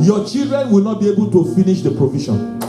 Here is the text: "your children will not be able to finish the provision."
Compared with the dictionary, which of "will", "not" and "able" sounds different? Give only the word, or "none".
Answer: none